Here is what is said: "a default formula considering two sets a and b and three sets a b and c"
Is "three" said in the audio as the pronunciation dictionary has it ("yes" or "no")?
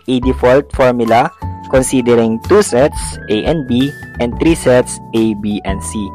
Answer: no